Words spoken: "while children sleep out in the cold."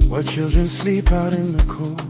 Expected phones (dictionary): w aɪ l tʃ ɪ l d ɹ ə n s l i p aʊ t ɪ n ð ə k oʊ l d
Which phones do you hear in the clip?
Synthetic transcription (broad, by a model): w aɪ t tʃ ɪ l d ɹ ə n s l i p aʊ t ɪ n ð ə k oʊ